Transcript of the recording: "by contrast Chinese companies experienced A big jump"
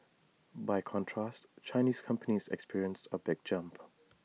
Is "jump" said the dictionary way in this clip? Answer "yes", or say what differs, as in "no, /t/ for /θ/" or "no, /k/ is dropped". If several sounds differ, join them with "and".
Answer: yes